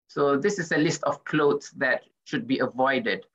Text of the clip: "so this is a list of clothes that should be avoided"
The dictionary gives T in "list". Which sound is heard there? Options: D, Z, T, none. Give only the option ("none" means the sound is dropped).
T